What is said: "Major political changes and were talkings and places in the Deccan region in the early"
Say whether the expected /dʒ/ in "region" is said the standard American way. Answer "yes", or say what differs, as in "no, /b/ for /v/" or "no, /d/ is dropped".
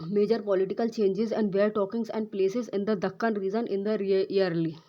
no, /z/ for /dʒ/